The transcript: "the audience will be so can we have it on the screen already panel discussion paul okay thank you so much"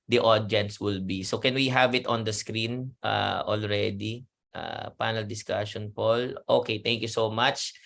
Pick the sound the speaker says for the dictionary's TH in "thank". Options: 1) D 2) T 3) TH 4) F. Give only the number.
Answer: 2